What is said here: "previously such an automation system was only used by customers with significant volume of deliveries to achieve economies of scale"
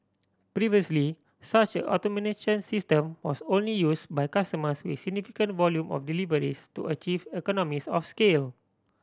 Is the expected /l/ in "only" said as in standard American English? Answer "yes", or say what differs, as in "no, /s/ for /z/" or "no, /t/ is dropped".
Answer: yes